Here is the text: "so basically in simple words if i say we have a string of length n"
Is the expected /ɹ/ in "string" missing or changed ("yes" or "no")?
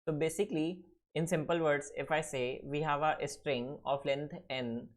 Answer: no